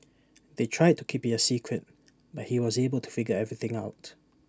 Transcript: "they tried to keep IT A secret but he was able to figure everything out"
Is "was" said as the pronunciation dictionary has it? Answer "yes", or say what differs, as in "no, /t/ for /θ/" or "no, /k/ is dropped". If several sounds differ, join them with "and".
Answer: yes